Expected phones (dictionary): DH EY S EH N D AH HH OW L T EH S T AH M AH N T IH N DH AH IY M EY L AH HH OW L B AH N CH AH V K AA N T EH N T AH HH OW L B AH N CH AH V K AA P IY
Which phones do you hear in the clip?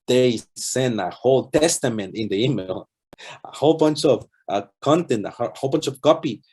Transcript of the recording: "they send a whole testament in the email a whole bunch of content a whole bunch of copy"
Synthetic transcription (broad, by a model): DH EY S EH N AH HH OW L T EH S T AH M AH N T IH N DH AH IY M EY L AH HH OW L B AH N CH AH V K AA N T EH N T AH HH OW L B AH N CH AH V K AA P IY